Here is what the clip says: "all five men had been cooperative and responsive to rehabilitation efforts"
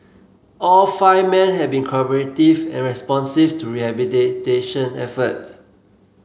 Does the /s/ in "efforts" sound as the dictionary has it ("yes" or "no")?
no